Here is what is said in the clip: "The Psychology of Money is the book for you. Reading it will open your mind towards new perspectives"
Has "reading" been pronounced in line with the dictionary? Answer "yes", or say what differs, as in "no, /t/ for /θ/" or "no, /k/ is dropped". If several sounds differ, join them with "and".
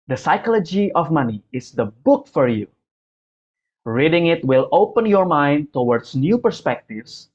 yes